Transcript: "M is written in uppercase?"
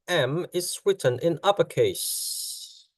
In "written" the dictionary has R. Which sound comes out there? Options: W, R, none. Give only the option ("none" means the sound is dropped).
W